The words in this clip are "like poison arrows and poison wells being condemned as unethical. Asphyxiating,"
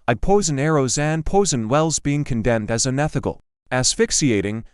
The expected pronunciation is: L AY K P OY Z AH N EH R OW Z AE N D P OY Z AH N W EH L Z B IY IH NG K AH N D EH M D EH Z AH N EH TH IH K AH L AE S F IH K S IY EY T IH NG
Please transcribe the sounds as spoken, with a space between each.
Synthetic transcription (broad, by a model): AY P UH Z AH N EH R OW Z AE N P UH Z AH N W EH L Z B IY IH NG K AH N D EH M D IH Z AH N EH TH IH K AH L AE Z F IH K S IY EY T IH NG